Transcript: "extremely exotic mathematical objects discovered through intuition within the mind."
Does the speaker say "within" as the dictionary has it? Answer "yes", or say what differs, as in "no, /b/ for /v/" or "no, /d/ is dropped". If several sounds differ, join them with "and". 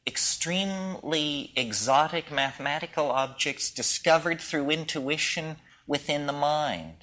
yes